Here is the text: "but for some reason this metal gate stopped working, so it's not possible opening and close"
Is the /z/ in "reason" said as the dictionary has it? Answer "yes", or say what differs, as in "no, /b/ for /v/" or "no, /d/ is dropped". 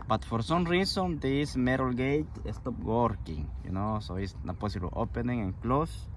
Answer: no, /s/ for /z/